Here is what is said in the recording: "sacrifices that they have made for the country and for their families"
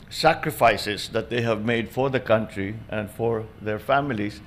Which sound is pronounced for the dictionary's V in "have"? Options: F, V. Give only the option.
V